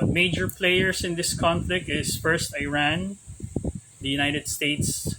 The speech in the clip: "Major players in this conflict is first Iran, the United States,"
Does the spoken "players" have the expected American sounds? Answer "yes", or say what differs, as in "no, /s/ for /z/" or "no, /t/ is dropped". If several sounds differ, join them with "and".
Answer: no, /s/ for /z/